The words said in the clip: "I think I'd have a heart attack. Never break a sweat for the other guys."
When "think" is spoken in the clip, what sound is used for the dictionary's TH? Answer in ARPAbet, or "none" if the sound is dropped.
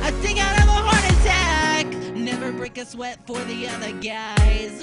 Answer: S